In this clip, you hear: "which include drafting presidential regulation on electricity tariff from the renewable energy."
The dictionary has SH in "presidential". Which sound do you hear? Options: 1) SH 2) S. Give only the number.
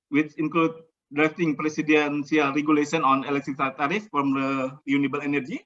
2